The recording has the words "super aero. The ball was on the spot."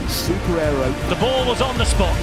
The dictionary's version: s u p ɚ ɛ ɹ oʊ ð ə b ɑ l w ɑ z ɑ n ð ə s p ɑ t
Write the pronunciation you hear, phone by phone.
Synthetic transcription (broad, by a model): s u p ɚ ɛ ɹ oʊ ð ə b ɑ l w ɑ z n ð ə s p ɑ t